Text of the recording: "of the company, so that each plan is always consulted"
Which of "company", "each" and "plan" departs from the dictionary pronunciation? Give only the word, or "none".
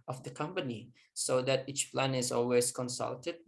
none